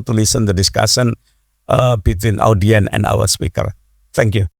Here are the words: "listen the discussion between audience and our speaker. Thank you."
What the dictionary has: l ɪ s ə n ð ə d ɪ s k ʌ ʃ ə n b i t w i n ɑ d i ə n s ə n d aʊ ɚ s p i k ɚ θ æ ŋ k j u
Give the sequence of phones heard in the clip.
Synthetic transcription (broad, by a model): l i s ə n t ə d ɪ s k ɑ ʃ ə n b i t w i n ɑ d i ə n ə n d aʊ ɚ s p i k ɚ t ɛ ŋ k j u